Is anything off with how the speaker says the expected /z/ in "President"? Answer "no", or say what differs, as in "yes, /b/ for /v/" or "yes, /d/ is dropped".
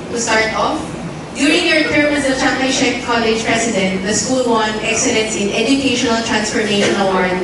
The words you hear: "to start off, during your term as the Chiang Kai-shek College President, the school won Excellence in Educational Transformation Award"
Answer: yes, /s/ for /z/